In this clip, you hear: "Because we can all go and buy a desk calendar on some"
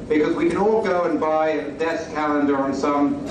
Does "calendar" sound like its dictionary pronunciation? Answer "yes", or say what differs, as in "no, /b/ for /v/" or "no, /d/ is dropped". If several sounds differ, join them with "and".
yes